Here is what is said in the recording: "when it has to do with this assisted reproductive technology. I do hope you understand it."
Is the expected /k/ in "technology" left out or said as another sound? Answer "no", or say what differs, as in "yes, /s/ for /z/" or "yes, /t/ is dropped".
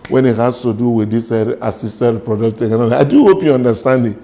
yes, /k/ is dropped